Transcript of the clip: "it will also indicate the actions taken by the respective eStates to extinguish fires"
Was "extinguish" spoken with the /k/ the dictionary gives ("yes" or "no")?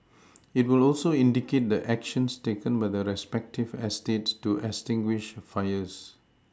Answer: no